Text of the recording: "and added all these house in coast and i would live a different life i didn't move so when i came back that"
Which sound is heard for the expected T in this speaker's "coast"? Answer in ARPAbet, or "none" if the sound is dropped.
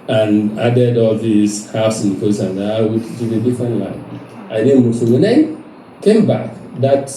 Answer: none